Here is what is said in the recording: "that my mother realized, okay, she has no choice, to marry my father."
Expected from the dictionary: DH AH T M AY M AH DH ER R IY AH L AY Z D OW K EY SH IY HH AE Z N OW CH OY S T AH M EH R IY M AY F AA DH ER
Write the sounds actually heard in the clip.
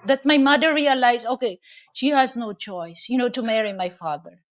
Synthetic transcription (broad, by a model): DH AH T M AY M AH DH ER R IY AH L AY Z OW K EY SH IY HH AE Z N OW CH OY S T AH M EH R IY M AY F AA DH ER